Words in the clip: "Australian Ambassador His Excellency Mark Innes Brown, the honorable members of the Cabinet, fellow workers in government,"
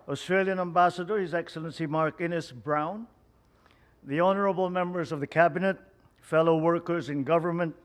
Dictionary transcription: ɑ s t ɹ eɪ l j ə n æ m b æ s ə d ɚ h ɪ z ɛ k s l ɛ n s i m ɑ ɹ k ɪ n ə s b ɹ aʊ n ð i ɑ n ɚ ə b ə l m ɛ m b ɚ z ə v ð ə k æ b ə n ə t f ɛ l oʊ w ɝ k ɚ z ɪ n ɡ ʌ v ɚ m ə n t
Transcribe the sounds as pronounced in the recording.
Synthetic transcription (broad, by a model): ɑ s t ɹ eɪ l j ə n æ m b æ s ə d ɚ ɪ z ɛ k s l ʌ n s i m ɑ ɹ k ɪ n ə s b ɹ aʊ n ð i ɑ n ɚ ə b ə l m ɛ m b ɚ z ə v ð ə k æ b ə n ə t f ɛ l oʊ w ɝ k ɚ z ɪ n ɡ ʌ v ɚ m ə n t